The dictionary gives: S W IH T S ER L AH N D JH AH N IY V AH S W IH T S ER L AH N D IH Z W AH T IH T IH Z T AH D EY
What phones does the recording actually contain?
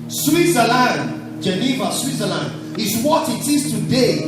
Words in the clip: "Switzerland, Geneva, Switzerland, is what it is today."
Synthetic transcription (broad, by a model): S W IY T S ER L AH N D JH AH N IY V AH S W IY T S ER L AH N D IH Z W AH T IH T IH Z T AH D EY